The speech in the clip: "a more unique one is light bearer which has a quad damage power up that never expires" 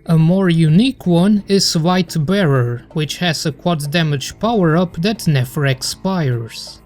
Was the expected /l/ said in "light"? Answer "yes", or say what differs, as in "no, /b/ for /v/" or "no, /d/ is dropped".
no, /w/ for /l/